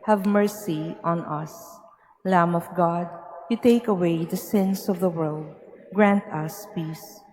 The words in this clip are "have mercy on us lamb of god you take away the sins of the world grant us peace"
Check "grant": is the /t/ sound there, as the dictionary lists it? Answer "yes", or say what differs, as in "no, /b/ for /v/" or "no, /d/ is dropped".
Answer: yes